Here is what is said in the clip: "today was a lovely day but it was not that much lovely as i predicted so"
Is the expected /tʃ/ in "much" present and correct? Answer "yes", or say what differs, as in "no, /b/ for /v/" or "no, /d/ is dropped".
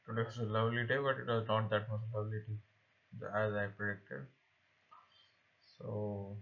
no, /s/ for /tʃ/